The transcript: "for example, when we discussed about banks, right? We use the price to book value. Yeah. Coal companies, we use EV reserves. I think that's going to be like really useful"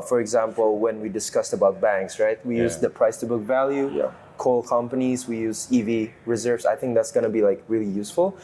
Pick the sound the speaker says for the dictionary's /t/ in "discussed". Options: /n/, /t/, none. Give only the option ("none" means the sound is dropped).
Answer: /t/